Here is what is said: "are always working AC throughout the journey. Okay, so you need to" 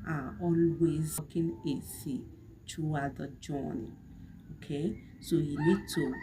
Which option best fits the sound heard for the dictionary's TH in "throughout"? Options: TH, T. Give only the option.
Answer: T